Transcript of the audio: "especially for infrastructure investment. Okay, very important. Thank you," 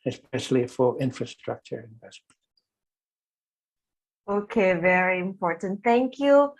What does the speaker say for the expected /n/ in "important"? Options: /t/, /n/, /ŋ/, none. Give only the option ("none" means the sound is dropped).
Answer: /n/